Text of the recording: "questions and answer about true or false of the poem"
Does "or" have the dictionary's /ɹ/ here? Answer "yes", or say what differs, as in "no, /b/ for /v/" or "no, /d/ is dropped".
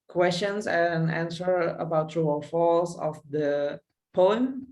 no, /l/ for /ɹ/